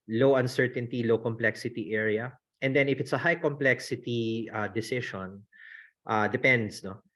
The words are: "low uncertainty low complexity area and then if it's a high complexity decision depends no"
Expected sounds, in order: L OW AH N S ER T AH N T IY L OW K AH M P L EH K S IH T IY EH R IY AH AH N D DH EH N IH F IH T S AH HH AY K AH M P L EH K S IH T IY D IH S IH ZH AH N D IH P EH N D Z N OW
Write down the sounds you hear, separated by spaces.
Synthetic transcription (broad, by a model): L OW AH N S ER T AH N T IY L OW K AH M P L EH K S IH T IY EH R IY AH AH N D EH N IH F IH T S AH HH AY K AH M P L EH K S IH T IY D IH S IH SH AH N D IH P EH N D S N OW